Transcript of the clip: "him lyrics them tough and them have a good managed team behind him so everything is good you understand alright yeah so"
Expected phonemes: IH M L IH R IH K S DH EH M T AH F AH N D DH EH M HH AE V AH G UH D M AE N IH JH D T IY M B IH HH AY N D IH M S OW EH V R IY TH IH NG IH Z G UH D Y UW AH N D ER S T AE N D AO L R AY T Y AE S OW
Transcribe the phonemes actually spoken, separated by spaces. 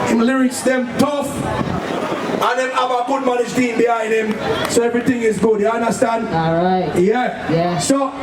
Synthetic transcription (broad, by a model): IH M L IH R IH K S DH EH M T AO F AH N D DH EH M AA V AH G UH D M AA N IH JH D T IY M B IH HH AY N IH M S OW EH V R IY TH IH NG IH Z G UH D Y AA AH N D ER S T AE N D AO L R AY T Y AE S OW